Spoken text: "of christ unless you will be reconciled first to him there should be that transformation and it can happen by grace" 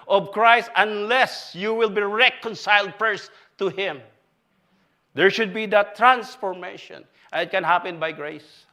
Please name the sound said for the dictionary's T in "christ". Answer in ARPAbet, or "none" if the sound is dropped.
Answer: T